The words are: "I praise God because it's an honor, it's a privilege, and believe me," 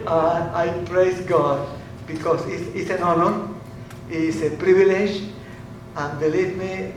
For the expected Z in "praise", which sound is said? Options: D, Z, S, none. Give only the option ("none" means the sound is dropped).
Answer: S